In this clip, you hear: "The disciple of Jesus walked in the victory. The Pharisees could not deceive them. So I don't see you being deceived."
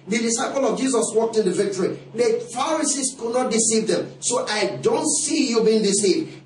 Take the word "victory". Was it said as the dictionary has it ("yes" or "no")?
yes